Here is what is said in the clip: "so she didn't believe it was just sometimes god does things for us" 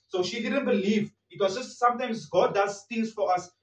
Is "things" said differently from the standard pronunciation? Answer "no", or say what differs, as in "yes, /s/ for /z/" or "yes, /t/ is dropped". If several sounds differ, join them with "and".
yes, /t/ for /θ/ and /ŋ/ is dropped